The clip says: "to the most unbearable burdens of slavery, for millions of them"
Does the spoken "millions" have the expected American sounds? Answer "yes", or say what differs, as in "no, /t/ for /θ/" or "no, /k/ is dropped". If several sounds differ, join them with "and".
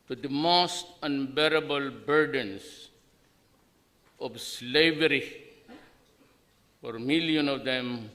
no, /z/ is dropped